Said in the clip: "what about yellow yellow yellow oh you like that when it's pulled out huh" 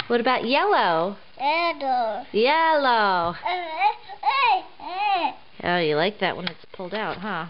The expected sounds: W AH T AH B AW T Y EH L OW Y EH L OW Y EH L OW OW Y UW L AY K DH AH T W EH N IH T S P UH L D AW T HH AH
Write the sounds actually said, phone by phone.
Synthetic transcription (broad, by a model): W AH T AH B AW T Y EH L OW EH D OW Y EH L OW OW Y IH L AY K DH AH T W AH N IH T S P UH L D AW T HH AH